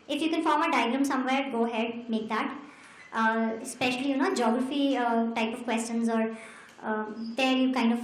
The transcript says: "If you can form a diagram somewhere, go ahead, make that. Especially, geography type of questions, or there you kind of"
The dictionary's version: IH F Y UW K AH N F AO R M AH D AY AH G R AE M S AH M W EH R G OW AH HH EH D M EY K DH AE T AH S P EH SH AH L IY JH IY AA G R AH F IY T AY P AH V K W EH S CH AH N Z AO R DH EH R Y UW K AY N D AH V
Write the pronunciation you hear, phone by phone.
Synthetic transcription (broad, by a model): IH F Y UW K AH N F AO R M AH D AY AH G L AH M S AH M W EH R G OW AH HH EH D M EY K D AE T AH S P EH SH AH L IY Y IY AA G R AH F IY T AY P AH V K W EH S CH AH N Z AO R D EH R Y UW K AY N D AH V